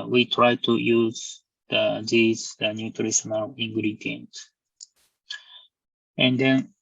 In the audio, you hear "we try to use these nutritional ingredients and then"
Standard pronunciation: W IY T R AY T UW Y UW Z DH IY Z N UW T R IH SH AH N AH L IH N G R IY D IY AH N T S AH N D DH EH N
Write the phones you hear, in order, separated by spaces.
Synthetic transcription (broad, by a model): W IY T R AY T UW Y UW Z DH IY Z N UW T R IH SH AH N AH L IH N G R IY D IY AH N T AH N D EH N